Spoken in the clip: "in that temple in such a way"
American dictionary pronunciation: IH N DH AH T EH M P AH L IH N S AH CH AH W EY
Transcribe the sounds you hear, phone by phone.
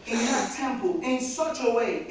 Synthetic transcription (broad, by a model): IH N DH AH T EH M P AH L IH N S AH CH AH W EY